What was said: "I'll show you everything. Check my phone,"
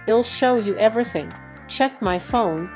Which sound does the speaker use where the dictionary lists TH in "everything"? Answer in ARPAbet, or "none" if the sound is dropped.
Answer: TH